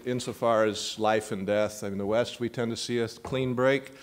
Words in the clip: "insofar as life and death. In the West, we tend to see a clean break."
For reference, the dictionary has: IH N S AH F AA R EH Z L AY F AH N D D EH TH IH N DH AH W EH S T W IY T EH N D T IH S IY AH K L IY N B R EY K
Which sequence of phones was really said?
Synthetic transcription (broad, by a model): IH N S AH F AA R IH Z L AY F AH N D D EH TH IH N DH AH W EH S T W IY T EH N T IH S IY AH K L IY N B R EY K